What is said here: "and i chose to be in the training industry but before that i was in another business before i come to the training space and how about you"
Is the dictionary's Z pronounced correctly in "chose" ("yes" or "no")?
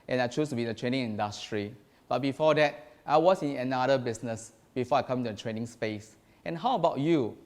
no